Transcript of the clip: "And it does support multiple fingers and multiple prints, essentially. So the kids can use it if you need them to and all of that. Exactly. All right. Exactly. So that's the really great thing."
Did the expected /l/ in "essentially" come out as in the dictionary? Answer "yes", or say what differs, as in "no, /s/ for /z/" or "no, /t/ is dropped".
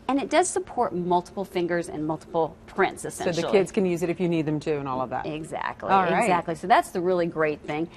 no, /l/ is dropped